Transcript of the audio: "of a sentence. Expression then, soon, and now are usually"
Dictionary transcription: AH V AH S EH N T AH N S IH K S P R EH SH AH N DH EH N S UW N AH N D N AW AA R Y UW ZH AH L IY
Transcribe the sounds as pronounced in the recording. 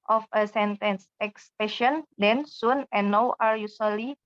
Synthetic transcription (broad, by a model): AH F AH S EH N T AH N S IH K S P EH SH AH N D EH N S UW N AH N N AW AA R Y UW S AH L IY